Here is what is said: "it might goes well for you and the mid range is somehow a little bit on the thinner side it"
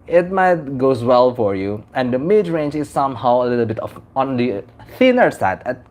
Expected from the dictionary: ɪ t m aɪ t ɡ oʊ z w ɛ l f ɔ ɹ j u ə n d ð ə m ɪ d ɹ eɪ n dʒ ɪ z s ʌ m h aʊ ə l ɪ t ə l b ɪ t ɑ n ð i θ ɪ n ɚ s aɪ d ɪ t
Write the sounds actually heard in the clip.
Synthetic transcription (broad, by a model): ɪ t m aɪ t ɡ oʊ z w ɛ l f ɔ ɹ j u ə n d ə m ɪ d ɹ eɪ n dʒ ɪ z s ʌ m h aʊ ə l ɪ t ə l b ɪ t ɑ n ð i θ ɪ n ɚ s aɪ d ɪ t